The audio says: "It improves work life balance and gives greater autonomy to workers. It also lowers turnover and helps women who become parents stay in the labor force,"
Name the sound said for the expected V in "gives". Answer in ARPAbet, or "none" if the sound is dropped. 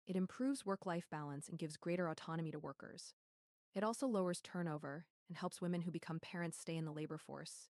V